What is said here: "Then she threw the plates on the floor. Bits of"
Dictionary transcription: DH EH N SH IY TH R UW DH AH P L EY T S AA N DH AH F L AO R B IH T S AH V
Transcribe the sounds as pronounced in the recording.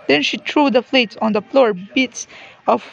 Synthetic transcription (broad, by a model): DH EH N SH IY T R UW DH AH F L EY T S AA N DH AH F L AO R B IH T S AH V